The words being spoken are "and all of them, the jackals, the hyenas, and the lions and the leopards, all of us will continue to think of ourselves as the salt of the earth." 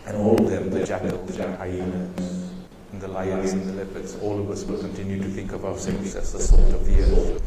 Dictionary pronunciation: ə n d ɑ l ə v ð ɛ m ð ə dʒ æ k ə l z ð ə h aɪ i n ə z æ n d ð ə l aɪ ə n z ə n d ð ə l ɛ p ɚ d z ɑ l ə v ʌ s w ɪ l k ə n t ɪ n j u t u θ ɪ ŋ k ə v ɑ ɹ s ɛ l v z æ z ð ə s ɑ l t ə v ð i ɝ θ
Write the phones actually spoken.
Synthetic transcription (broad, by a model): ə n ɑ l ə v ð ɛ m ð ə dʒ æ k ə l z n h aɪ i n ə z n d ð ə l aɪ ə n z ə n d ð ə l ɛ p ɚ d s ɑ l ə v ʌ s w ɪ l k ə n t ɪ n j u t u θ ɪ ŋ k ə v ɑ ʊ s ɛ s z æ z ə s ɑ t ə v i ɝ